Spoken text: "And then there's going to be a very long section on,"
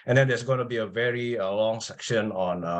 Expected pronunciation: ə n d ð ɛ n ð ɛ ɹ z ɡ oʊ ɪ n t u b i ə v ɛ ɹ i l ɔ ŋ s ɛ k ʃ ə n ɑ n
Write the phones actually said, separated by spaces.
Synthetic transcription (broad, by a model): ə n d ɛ n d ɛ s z ɡ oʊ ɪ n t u b i ə v ɛ ɹ i l ɔ ŋ s ɛ k ʃ ə n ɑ n